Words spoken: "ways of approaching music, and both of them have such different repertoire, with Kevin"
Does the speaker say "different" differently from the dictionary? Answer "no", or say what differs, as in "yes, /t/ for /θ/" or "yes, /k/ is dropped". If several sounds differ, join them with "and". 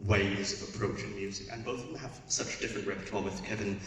no